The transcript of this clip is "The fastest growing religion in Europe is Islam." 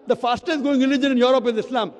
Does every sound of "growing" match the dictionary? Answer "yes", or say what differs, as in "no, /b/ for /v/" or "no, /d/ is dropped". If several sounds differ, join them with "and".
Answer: no, /ɹ/ is dropped